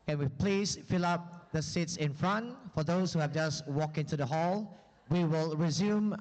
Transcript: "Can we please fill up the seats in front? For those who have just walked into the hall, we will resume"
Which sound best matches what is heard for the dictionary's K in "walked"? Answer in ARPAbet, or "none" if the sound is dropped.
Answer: K